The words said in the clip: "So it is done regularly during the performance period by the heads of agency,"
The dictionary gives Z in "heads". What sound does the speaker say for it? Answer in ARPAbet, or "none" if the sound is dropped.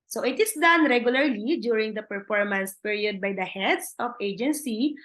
S